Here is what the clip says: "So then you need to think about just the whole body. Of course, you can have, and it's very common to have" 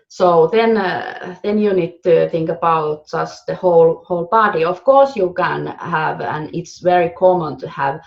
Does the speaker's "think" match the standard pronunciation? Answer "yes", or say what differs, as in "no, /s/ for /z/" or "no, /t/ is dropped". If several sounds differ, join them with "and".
yes